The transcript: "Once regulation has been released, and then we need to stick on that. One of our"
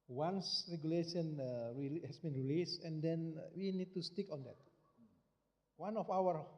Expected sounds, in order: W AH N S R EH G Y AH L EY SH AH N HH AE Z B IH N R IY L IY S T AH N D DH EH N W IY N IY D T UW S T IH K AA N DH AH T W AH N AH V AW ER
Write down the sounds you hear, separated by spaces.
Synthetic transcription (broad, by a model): W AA N S R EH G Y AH L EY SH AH N HH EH S B IH N R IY L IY S AH N D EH N W IY N IY D T UW S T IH K AA N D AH T W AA N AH F AW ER